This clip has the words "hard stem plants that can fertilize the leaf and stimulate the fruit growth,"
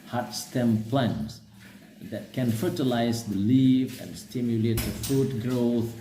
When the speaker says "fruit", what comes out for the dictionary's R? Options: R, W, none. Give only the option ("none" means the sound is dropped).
none